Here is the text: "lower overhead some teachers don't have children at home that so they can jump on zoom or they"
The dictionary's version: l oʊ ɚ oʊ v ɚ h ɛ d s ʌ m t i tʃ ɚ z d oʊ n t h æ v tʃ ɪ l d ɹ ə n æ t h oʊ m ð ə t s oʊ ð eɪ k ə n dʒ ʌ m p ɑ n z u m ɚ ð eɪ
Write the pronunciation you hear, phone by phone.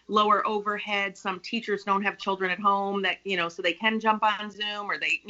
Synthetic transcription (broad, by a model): l oʊ ɚ oʊ v ɚ h ɛ d s ʌ m t i tʃ ɚ z d oʊ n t h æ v tʃ ɪ l d ɹ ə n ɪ t h oʊ m ð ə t s oʊ ð eɪ k ə n dʒ ʌ m p n z u m ɚ ð eɪ